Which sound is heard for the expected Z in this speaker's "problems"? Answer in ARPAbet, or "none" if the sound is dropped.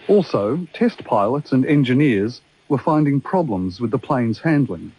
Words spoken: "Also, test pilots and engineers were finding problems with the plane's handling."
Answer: Z